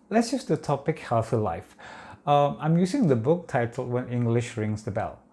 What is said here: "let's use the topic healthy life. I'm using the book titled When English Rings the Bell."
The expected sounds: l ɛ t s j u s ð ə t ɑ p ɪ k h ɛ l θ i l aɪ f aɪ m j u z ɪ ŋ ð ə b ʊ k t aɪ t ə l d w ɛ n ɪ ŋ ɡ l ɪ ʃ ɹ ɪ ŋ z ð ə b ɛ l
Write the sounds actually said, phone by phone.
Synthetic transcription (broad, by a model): l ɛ t s j u s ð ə t ɑ p ɪ k h ɛ l θ i l aɪ f aɪ m j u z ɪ ŋ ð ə b ʊ k t aɪ t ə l w ɛ n ɪ ŋ ɡ l ɪ ʃ ɹ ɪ ŋ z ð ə b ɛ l